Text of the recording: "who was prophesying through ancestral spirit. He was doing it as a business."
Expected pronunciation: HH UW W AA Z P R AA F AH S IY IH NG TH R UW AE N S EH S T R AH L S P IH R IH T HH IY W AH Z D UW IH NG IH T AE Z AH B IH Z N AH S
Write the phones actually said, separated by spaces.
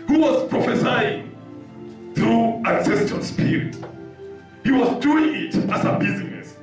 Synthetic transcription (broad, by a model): HH UW W AA Z P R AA F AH S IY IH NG TH R UW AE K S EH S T AH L S P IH R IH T HH IY W AH Z D UW IH NG IH T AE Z AH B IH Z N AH S